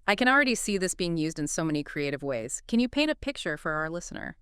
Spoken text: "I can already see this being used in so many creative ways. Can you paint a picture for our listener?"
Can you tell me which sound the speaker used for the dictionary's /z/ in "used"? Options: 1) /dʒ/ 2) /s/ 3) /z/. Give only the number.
3